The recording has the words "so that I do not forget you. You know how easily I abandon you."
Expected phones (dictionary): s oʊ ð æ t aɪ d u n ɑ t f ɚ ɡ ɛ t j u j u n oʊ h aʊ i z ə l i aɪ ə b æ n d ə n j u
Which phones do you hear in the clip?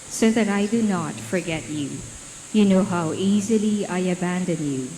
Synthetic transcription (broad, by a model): s oʊ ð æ t aɪ d u n ɑ t f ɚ ɡ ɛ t j u j u n oʊ h aʊ i z ə l i aɪ ə b æ n d ə n j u